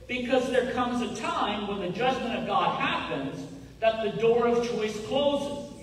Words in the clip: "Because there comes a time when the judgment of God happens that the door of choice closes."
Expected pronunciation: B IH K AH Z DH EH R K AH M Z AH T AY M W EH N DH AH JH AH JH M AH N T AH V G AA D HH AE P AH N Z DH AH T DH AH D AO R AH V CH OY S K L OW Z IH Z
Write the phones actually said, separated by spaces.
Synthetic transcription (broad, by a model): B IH K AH Z DH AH R K AH M Z AH T AY M W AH N DH AH JH AH JH M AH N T AH V G AA D HH AE P AH N Z DH AH T DH AH D AO R AH V CH OY S K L OW Z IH